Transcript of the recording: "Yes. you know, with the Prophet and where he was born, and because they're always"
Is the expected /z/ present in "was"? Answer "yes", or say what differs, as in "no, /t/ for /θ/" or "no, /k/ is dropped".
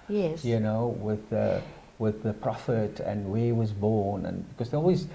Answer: yes